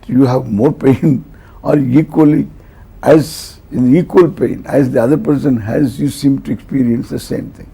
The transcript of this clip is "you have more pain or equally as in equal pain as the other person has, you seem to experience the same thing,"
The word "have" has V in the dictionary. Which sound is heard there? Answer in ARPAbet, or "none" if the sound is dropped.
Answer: V